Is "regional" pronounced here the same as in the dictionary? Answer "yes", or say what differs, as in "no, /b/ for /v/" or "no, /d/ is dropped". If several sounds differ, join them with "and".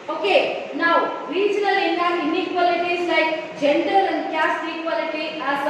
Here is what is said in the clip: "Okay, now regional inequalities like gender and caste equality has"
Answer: no, /l/ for /n/ and /n/ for /l/